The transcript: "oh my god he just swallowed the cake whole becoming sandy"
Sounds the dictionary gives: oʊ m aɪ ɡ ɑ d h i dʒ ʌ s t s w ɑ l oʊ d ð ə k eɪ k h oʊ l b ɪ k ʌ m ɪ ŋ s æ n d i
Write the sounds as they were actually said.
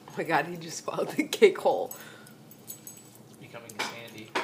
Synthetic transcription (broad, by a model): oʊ m aɪ ɡ ɑ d h i dʒ ʌ s t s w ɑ ɪ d ð ə k eɪ k h oʊ l b ɪ k ʌ m ɪ ŋ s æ n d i